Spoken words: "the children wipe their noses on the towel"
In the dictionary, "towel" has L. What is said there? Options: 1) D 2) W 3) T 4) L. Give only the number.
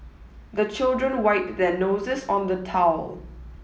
4